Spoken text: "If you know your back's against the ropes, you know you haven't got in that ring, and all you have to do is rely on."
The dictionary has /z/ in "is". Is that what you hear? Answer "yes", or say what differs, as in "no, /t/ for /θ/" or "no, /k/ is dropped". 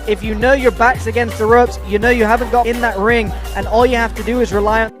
yes